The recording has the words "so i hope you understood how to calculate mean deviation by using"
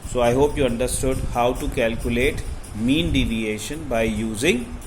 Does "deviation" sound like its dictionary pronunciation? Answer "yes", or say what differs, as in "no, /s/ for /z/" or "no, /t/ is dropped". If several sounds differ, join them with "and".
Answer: yes